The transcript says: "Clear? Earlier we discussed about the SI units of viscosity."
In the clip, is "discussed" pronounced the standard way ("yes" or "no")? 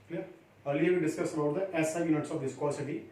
no